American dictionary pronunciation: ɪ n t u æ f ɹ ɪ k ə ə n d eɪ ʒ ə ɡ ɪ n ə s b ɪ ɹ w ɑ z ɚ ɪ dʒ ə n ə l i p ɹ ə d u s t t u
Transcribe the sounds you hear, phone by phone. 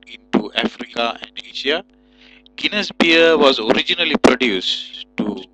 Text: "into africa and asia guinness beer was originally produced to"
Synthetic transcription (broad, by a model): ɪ n t u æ f ɹ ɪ k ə ə n d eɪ ʃ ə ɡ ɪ n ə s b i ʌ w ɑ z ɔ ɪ dʒ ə n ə l i p ɹ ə d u s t t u